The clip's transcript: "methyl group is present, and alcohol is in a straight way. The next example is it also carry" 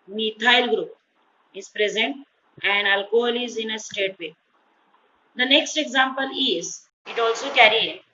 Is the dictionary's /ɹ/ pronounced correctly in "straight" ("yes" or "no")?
no